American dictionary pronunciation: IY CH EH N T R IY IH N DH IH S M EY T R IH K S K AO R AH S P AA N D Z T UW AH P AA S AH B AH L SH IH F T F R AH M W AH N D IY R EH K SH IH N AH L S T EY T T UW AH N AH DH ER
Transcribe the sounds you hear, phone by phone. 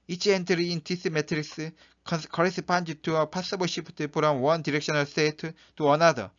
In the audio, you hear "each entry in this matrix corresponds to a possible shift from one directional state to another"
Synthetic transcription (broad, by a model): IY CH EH N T R IY IH N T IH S M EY T R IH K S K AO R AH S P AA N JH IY T UW AH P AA S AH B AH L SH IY P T P R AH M W AH N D IY R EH K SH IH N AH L S T EY T T UW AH N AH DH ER